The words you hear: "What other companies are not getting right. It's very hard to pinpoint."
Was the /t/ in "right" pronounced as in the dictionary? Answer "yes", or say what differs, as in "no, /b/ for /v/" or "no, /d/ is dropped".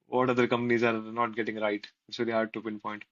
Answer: no, /t/ is dropped